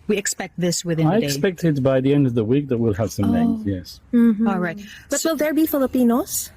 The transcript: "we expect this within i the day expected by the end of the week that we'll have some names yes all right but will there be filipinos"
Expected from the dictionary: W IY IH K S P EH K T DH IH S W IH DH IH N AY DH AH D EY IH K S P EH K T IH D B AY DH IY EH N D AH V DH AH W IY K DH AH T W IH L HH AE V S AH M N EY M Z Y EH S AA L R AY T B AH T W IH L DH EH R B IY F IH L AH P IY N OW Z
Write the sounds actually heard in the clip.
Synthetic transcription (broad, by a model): W IY IH K S P EH K T DH IH S W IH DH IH AY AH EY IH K S P EH K T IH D B AY DH IY EH N D AH V DH AH W IY K DH AH T W IH L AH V S AH M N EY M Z Y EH S AA L R AY T B AH T W IH L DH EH R B IY F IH L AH P IY N OW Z